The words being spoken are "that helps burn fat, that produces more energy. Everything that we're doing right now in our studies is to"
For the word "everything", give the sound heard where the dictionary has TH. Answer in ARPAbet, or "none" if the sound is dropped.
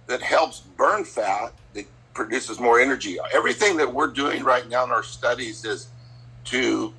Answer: TH